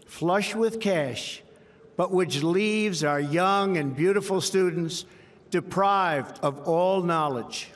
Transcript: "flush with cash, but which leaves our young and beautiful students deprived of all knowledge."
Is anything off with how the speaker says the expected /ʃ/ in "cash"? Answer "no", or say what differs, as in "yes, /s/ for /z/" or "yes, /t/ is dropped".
no